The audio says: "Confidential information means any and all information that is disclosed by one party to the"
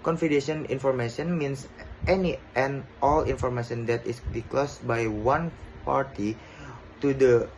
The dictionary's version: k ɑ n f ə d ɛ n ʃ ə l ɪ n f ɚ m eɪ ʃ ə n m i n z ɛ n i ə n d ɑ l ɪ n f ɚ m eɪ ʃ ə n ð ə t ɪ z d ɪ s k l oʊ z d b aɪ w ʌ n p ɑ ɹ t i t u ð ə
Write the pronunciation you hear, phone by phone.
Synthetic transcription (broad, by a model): k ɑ n f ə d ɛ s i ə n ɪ n f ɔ m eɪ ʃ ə n m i n s ɛ n i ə n ɑ l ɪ n f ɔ m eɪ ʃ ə n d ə t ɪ s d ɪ k l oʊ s b aɪ w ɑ n p ɑ ɹ t i t u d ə